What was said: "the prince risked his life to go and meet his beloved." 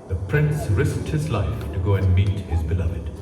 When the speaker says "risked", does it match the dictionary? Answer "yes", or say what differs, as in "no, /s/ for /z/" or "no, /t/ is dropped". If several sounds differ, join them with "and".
yes